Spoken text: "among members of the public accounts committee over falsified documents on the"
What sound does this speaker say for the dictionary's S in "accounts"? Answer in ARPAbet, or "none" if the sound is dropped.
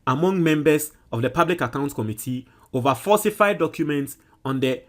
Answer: none